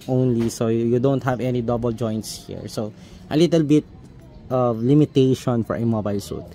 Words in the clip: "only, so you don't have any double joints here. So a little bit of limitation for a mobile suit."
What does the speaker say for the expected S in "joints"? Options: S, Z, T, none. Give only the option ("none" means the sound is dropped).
S